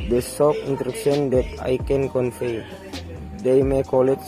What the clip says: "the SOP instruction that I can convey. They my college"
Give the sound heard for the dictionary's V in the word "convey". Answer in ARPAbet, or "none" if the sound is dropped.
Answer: F